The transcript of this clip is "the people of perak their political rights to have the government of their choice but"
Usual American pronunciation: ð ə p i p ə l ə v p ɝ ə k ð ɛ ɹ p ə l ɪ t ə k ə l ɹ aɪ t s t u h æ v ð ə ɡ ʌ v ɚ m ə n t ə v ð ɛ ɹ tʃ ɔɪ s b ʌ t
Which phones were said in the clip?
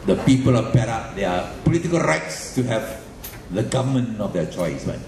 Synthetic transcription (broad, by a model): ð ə p i p ə l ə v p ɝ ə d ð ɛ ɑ p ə l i t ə k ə l ɹ aɪ t s t u h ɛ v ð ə ɡ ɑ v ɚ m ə n ə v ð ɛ tʃ ɔɪ s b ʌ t